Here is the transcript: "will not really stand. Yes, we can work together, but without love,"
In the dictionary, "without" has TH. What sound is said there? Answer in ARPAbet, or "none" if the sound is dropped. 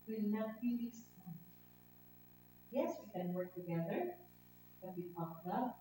T